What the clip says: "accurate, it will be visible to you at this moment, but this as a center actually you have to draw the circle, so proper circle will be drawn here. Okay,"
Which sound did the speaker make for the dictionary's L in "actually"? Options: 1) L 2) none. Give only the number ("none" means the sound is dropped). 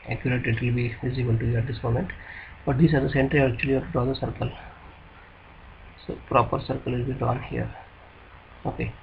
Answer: 2